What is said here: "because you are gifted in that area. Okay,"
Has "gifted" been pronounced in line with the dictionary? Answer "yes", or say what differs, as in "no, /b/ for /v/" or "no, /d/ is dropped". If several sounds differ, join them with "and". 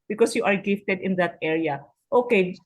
yes